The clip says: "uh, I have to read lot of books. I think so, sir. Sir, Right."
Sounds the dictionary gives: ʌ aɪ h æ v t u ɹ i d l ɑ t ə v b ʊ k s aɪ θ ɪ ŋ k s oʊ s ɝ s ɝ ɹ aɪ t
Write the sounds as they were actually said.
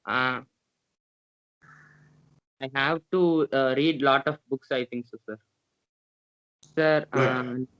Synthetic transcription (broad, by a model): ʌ aɪ h æ v t u ɹ i d l ɑ t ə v b ʊ k s aɪ t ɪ ŋ k s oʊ s ɝ s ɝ ɹ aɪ